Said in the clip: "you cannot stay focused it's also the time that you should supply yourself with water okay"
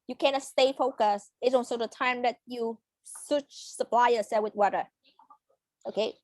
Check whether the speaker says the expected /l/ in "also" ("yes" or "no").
no